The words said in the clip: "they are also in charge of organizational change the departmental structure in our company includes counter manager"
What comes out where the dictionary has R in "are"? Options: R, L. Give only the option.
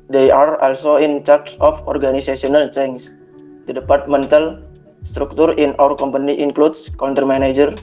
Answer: R